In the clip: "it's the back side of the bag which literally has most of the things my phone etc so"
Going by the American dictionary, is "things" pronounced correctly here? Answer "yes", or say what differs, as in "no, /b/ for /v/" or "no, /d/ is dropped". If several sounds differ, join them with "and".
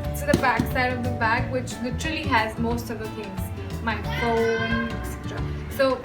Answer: no, /f/ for /θ/